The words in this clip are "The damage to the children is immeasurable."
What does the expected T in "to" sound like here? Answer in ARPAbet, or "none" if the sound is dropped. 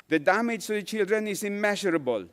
S